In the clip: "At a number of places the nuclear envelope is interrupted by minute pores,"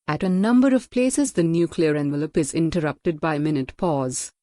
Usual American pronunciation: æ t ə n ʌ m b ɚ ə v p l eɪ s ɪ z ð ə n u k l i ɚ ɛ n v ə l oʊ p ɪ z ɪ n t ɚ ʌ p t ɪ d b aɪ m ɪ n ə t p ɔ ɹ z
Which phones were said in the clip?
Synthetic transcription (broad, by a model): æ t ə n ʌ m b ɚ ə v p l eɪ s ɪ z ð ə n u k l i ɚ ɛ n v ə l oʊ p ɪ z ɪ n t ɚ ʌ p t ɪ d b aɪ m ɪ n ə t p ɔ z